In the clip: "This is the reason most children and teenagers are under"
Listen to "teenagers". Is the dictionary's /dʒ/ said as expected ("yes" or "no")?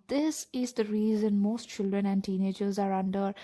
yes